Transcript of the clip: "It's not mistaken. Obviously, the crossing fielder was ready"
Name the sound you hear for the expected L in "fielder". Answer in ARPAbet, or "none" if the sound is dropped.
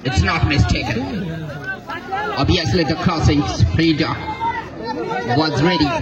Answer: none